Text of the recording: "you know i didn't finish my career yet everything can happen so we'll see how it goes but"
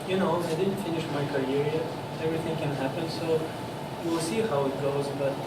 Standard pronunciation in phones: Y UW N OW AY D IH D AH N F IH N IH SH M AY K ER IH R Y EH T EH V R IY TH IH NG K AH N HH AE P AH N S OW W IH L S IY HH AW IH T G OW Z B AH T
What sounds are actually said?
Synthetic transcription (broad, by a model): Y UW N OW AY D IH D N F IH N IH SH M AY K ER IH R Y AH EH V R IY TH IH NG K AH N HH AE P AH N S OW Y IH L S IY HH AW IH T G OW Z B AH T